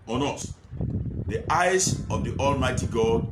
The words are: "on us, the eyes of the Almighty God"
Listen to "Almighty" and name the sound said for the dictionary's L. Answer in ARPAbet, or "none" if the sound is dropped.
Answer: L